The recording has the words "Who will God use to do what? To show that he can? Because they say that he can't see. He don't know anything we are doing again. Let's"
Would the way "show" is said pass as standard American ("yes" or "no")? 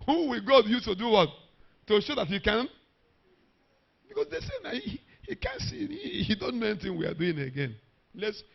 yes